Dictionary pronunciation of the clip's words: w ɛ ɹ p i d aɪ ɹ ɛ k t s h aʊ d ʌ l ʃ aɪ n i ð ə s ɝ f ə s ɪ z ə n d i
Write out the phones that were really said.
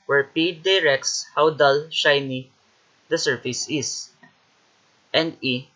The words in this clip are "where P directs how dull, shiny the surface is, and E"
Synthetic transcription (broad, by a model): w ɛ ɹ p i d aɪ ɹ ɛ k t s h aʊ d ʌ l ʃ aɪ n i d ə s ɝ f ə s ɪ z ə n d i